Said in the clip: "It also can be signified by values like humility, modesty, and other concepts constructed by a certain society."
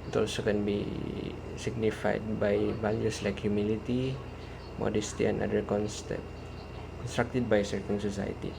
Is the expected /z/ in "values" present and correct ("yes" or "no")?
no